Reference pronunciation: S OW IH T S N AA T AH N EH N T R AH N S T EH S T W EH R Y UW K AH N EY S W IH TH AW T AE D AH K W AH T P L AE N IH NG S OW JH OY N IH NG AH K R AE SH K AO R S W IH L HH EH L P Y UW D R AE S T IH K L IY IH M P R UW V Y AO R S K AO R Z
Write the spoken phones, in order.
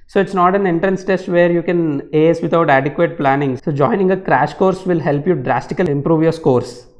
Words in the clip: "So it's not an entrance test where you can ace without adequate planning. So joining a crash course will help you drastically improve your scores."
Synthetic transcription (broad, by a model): S OW IH T S N AA T AH N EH N T R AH N S T EH S T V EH R Y UW K AH N EY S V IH T AW T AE D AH K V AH T P L AE N IH NG S OW JH OY N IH NG AH K R AE SH K AO R S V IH L HH EH L P Y UW D R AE S T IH K L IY IH M P R UW V Y AO R S K AO R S